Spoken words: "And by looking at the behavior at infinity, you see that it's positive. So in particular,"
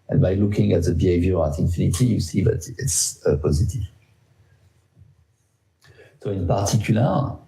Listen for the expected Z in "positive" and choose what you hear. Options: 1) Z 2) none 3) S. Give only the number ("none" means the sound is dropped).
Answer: 1